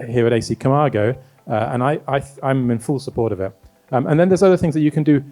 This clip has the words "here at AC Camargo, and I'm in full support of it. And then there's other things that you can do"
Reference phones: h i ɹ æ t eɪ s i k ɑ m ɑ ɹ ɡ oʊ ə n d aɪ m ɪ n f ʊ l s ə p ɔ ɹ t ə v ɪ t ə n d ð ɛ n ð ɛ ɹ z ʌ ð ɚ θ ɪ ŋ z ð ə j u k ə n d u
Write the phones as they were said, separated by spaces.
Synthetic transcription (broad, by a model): h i ɹ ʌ t eɪ s i k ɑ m ɑ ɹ ɡ oʊ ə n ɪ aɪ m ɪ n f ʊ l s ə p ɔ ɹ t ə v ɪ t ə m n ð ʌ n ð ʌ ɹ z ʌ ð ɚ θ ɪ ŋ z ð ə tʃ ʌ k ə n d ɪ